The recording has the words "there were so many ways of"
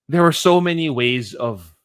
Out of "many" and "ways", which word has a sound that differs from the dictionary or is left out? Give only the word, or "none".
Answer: none